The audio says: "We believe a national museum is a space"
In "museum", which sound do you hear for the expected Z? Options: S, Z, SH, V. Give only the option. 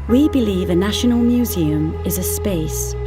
Z